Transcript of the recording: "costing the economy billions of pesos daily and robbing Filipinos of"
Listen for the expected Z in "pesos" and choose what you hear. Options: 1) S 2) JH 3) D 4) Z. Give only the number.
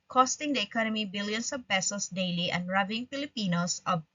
1